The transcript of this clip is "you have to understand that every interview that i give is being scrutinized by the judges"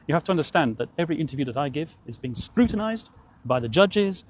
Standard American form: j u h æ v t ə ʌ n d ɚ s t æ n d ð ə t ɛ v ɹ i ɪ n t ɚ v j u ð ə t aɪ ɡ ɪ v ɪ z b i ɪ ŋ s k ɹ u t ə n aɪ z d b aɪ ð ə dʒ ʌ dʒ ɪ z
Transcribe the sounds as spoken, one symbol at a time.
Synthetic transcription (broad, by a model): j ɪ h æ f t ə ʌ n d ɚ s t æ n ð ə t ɛ v ɹ i ɪ n t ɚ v j u ð ə t aɪ ɡ ɪ v ɪ z b i ɪ ŋ s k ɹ u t n aɪ z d b aɪ ð ə dʒ ʌ dʒ ɪ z